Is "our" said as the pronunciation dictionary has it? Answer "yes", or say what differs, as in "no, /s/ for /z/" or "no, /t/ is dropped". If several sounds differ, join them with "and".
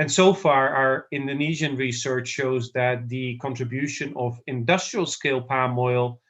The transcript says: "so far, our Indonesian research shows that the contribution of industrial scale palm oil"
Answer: yes